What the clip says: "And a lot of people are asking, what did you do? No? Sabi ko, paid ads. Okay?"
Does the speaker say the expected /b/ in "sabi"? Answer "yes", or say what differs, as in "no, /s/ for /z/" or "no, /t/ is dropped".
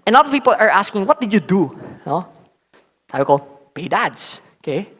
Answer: no, /b/ is dropped